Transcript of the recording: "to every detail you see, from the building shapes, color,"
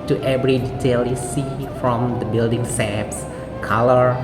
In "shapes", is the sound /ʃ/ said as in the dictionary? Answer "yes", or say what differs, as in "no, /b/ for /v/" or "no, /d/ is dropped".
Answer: no, /s/ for /ʃ/